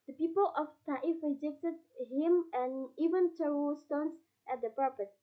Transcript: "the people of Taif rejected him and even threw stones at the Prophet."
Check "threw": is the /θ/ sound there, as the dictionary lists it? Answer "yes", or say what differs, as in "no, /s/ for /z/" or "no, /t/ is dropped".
no, /t/ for /θ/